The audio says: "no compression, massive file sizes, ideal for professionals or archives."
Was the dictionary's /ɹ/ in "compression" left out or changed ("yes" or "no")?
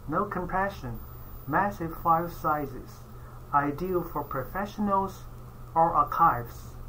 yes